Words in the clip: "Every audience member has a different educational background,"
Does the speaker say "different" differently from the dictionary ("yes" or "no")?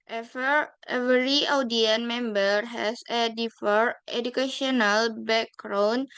yes